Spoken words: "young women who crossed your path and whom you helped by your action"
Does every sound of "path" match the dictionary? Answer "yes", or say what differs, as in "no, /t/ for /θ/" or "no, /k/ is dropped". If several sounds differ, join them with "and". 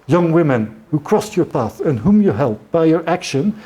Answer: yes